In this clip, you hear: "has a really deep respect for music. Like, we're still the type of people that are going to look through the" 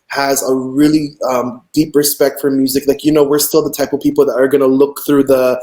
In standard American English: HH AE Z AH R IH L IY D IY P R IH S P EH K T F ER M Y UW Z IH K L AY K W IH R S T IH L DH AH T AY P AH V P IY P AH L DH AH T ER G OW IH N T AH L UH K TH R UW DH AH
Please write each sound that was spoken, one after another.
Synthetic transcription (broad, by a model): HH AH Z AH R IH L IY D IY P R IH S P EH K T F ER M Y UW Z IH K L AY K W IH R S T IH L DH AH T AY P AH V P IY P L DH AH T ER G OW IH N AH L UH K TH R UW DH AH